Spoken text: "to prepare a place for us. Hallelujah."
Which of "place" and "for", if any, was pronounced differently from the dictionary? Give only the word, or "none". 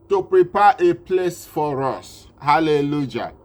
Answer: none